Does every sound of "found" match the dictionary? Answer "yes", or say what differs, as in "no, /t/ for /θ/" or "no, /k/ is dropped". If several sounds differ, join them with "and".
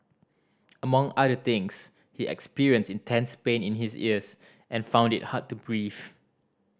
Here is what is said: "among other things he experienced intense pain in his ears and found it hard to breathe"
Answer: yes